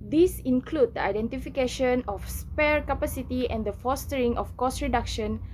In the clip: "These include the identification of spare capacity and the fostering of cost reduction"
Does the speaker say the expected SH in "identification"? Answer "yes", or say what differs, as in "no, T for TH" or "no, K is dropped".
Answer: yes